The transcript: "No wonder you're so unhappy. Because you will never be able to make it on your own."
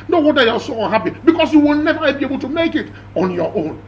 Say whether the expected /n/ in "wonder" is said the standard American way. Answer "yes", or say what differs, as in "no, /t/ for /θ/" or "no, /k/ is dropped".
no, /n/ is dropped